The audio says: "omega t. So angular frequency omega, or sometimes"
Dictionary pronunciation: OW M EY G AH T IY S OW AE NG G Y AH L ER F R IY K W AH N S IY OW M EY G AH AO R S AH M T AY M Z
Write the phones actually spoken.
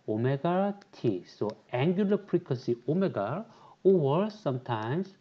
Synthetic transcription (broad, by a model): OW M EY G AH T IY S OW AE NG G Y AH L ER P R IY K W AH S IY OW M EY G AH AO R S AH M T AY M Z